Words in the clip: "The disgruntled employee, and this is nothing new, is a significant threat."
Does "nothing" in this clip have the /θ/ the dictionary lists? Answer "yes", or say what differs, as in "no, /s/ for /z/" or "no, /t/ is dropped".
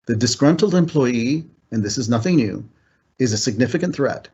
yes